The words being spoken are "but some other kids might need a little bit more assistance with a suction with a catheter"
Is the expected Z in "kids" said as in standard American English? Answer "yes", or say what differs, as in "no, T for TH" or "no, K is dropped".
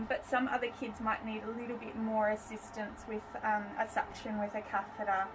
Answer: yes